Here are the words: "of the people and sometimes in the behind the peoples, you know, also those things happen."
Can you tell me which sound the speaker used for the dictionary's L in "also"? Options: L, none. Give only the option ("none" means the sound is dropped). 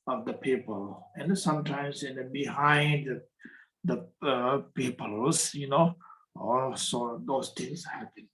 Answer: L